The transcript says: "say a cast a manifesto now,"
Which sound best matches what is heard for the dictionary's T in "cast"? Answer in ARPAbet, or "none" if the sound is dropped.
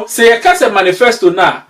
none